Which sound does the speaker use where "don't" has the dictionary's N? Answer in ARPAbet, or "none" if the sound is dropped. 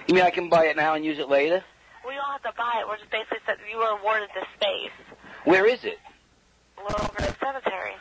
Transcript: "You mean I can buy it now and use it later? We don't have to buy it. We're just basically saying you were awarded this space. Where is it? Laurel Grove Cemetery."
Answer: L